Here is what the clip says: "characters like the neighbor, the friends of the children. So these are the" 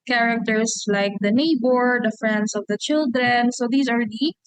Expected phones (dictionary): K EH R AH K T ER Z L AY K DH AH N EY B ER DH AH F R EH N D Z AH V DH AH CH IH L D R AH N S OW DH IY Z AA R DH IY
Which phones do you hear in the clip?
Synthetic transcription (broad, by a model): K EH R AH K T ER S L AY K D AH N EY B ER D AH F R EH N D S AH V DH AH CH IH L D R AH N S OW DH IY S AA R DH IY